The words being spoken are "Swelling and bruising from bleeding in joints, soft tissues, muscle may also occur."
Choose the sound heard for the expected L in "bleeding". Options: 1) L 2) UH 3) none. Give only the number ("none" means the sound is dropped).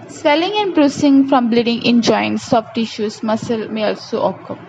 1